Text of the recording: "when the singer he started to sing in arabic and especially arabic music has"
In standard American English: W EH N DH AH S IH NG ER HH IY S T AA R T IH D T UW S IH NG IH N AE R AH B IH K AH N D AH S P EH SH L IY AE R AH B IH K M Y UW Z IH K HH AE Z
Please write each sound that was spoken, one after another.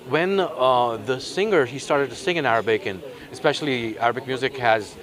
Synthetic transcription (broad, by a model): W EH N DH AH S IH NG ER HH IY S T AA R T IH D T UW S IH NG IH N AE R AH B IH K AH N AH S P EH SH L IY AE R AH B IH K M Y UW Z IH K HH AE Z